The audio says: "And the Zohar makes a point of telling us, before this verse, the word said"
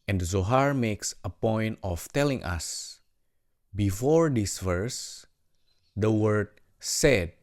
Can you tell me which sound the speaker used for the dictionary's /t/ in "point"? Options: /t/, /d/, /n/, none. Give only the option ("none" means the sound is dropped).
/t/